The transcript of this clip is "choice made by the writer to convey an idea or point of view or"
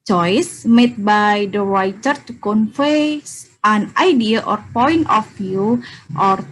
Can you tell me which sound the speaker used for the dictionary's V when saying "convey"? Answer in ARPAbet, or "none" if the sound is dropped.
F